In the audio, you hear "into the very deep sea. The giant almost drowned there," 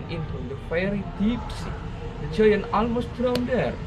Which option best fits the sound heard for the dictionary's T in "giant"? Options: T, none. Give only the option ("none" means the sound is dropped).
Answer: none